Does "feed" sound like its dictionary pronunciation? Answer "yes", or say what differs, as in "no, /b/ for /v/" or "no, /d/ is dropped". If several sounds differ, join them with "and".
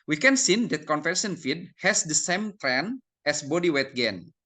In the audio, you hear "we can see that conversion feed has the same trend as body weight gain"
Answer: yes